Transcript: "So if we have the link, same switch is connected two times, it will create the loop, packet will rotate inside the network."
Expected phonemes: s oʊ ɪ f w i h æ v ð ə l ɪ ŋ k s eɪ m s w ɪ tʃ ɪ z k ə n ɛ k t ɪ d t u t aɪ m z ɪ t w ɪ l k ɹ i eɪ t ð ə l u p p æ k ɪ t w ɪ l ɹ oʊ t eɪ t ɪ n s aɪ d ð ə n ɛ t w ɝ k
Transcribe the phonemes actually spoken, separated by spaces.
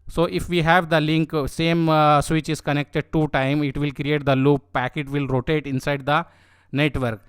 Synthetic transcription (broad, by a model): s oʊ ɪ f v i h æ v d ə l ɪ ŋ k s eɪ m s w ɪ tʃ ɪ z k ə n ɛ k t ɪ d t u t aɪ m ɪ t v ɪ l k ɹ i eɪ t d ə l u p p æ k ɪ t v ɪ l ɹ oʊ t eɪ t ɪ n s aɪ d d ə n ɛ t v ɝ k